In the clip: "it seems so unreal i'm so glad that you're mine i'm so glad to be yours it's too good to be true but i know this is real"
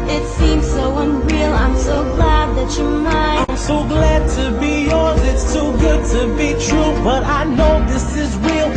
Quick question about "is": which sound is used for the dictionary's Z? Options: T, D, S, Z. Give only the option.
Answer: Z